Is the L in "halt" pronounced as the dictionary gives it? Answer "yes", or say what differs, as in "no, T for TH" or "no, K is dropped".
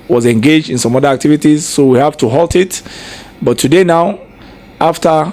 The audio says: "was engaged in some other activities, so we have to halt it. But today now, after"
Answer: yes